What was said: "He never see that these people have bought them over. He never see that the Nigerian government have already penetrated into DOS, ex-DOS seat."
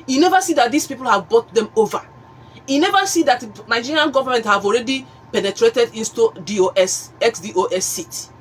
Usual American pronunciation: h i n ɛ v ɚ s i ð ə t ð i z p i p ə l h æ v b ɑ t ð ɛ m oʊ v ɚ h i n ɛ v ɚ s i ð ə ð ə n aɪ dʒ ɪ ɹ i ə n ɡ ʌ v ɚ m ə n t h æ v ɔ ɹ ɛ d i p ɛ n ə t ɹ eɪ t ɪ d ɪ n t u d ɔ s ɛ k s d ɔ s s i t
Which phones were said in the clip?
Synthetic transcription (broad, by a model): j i n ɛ v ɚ s i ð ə t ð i s p i p ə l h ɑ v b ɑ t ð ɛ m oʊ v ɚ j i n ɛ v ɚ s i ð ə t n aɪ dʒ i ɹ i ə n ɡ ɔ v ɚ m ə n t h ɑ v ɔ ɹ ɛ d i p ɛ n ə t ɹ eɪ t ɪ d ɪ n t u d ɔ s ɛ k s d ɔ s s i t